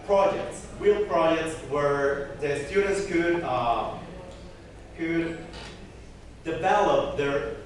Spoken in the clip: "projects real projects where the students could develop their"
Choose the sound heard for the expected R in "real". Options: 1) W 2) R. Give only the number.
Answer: 1